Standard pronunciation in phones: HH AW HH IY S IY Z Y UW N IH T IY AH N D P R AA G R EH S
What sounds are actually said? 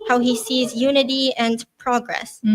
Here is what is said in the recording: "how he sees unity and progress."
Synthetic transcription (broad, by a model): HH AW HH IY S IY Z Y UW N IH T IY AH N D P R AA G R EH S